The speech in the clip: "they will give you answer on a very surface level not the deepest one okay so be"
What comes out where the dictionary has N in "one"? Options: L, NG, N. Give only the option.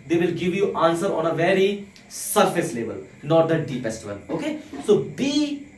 L